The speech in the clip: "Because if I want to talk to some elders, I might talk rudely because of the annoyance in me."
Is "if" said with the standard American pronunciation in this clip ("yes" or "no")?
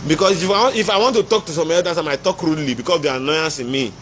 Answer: yes